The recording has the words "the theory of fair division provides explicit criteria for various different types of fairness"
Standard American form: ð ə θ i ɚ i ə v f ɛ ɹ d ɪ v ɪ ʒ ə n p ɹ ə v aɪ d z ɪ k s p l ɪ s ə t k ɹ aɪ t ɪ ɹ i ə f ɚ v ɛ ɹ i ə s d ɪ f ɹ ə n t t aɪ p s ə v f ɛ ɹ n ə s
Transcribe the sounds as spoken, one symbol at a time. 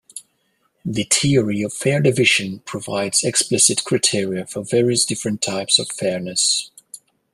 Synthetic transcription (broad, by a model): ð ə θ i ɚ i ə v f ɛ ɹ d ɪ v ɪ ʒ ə n p ɹ ə v aɪ d z ɪ k s p l ɪ s ə t k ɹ aɪ t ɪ ɹ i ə f ɚ v ɛ ɹ i ə s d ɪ f ɹ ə n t t aɪ p s ə v f ɛ ɹ n ə s